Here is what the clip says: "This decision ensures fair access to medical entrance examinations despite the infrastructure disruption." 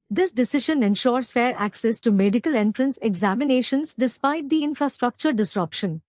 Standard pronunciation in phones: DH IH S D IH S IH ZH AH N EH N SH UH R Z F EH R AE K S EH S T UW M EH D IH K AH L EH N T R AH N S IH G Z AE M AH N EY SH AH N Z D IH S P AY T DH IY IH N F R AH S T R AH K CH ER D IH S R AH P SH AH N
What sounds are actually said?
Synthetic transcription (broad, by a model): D IH S D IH S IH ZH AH N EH N SH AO R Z F EH R AE K S EH S T UW M EH D IH K AH L EH N T R AH N S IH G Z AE M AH N EY SH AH N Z D IH S P AY T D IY IH N F R AH S T R AH K CH ER D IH S R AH P SH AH N